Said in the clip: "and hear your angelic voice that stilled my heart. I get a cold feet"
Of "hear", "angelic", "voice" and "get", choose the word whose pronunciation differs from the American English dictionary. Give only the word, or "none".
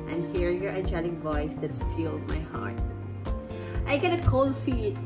angelic